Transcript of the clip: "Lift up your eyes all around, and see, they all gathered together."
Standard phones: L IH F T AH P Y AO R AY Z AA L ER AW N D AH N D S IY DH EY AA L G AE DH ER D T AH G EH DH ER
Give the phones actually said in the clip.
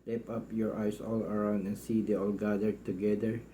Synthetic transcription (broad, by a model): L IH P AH P Y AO R AY S AA L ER AW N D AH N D S IY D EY AA L G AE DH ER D T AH G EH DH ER